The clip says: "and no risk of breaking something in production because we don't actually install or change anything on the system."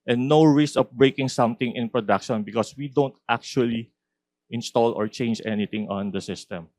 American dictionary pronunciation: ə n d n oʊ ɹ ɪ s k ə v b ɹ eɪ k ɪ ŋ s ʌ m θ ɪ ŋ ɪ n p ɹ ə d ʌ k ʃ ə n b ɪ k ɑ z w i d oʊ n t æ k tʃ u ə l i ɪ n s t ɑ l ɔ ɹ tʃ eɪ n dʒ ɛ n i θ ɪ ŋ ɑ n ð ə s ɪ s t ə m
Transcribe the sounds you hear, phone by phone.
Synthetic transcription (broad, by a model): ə n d n oʊ ɹ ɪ s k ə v b ɹ eɪ k ɪ ŋ s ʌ m t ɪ ŋ ɪ n p ɹ ə d ʌ k ʃ ə n b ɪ k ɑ s w i d oʊ n t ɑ k tʃ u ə l i ɪ n s t ɑ l ɔ ɹ tʃ eɪ n dʒ ɛ n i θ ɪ ŋ ɑ n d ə s ɪ s t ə m